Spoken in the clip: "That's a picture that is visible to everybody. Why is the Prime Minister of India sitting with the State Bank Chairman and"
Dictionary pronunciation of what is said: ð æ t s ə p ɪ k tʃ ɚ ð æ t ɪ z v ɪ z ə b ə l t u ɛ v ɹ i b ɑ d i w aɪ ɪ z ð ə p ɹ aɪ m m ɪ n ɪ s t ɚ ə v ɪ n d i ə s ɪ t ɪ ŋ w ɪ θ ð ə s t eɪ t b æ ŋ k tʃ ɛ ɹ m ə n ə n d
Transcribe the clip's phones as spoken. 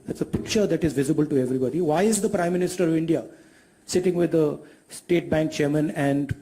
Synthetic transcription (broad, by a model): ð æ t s ə p ɪ k tʃ ɚ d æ t ɪ z v ɪ z ə b ə l t u ɛ v ɹ i b ɑ d i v aɪ ɪ z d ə p ɹ aɪ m m ɪ n ɪ s t ɚ ə v ɪ n d i ə s ɪ t ɪ ŋ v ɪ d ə s t eɪ t b æ ŋ k tʃ ɛ ɹ m ə n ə n d